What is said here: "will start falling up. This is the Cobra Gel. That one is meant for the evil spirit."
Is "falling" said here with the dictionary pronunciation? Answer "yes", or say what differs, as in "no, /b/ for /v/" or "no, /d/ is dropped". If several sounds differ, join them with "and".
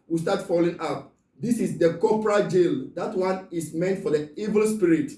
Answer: yes